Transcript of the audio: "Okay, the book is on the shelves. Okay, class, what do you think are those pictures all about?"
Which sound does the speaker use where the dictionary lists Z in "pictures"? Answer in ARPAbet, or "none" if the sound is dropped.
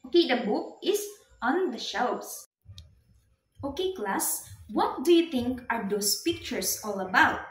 S